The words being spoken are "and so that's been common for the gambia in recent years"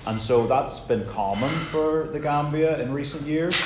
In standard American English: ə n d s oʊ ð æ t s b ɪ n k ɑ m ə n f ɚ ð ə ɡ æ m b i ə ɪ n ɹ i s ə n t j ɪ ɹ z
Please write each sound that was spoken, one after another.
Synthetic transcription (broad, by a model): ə n s oʊ ð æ t s b ɪ n k ɑ m ə n f ɚ ð ə ɡ æ m b i ə ɪ n ɹ i s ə n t j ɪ ɹ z